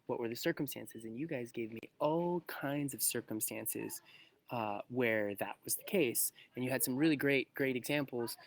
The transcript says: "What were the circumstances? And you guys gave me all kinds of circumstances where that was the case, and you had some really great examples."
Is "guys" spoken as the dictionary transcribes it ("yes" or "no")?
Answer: yes